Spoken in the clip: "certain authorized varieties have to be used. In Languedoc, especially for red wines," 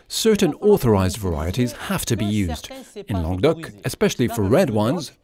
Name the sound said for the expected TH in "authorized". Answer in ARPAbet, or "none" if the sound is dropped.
TH